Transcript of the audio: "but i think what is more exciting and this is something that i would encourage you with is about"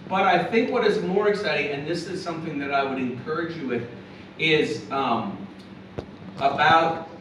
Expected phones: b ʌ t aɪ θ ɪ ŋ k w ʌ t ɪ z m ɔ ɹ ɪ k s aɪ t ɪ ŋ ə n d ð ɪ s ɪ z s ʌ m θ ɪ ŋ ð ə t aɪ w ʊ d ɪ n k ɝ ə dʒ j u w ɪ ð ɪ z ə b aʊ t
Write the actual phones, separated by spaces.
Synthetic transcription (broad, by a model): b ʌ t aɪ θ ɪ ŋ k w ʌ t ɪ z m ɔ ɹ ɪ k s aɪ t ɪ ŋ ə n ð ɪ s ɪ z s ʌ m θ ɪ ŋ ð ə t aɪ w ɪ d ɪ n k ɝ ə dʒ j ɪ w ɪ ð ɪ z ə b aʊ t